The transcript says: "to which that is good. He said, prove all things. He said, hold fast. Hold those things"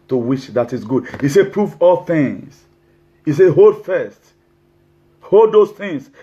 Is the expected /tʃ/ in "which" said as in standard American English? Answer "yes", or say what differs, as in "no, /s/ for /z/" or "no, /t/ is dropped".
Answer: no, /ʃ/ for /tʃ/